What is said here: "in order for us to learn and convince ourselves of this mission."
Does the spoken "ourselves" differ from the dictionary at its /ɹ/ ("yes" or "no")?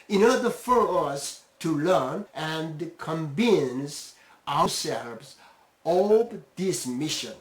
yes